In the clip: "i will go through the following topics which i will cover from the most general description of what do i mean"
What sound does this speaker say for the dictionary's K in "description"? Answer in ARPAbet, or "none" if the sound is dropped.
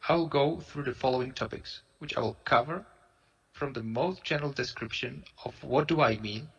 K